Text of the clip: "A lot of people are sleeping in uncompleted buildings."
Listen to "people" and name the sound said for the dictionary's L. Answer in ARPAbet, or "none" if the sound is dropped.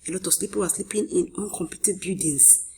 W